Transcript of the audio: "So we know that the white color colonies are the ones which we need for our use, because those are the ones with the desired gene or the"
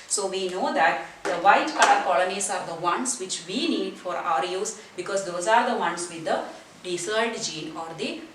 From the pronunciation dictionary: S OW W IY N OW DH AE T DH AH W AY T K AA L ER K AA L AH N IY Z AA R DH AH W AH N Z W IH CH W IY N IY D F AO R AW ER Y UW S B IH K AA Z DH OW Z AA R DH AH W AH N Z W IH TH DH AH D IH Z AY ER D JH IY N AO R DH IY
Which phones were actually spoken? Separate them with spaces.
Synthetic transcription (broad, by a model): S OW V IY N OW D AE T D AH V AY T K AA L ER K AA L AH N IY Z AA R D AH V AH N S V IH CH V IY N IY D F AO R AW ER Y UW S B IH K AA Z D OW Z AA R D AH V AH N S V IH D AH D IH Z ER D JH IY N AO R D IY